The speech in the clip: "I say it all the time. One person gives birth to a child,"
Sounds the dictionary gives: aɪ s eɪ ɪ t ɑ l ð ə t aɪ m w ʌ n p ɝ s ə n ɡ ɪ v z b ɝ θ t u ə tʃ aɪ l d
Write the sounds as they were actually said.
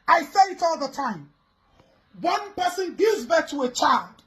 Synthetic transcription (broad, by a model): aɪ s eɪ ɪ t ɑ l ð ə t aɪ m w ʌ n p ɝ s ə n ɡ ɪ z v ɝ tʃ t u ə tʃ aɪ l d